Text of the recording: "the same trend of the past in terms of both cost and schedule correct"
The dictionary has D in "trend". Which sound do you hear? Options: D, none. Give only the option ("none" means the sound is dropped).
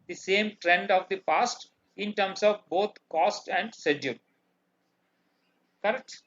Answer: D